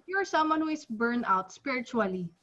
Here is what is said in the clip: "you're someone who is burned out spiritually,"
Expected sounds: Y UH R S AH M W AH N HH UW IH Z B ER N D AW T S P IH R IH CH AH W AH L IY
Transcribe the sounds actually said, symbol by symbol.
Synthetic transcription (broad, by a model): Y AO R S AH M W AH N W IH S B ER N AW T S P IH R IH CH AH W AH L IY